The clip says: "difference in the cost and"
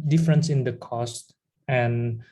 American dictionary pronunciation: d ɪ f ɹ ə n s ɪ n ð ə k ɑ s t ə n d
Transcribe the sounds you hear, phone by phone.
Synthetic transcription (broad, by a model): d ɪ f ɹ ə n s ɪ n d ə k ɑ s t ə n